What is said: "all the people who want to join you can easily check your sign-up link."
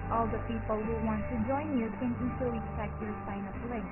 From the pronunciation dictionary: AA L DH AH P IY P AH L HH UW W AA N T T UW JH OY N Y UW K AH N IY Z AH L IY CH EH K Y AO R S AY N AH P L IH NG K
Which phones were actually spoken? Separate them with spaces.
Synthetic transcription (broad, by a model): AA L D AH P IY P AH L HH UW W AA N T T UW JH OY N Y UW K AH N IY S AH IY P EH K Y AO R S AY N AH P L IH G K